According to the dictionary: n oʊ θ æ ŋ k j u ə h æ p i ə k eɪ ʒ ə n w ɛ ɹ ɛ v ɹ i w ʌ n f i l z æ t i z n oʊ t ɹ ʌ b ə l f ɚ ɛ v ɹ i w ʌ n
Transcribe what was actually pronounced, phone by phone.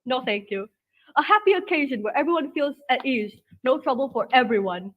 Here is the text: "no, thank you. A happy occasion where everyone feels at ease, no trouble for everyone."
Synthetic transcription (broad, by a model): n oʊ θ æ ŋ k j u ə h æ p i ə k eɪ ʒ ə n w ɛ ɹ ɛ v ɹ i w ʌ n f i l z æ t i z n oʊ t ɹ ʌ b ə l f ɚ ɛ v ɹ i w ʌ n